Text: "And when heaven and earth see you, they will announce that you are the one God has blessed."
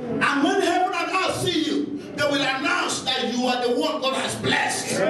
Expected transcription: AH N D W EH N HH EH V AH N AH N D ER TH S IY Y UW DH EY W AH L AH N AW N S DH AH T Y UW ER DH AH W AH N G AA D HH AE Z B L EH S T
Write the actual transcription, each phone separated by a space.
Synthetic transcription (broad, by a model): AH N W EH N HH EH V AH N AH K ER S IY Y UW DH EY W AH L AH N AW N S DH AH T Y UW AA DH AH W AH G AA D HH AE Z B L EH S T